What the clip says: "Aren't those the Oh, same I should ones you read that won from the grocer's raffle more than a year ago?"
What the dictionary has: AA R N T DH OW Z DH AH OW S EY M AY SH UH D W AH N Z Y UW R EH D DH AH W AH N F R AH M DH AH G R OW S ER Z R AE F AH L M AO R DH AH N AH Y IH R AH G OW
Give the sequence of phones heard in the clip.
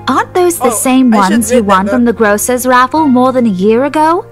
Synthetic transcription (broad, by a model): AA R N DH OW Z DH AH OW S EY M W AH N Z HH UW W AH N F R AH M DH AH G R OW S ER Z R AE F L M AO R DH AH N AH Y IH R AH G OW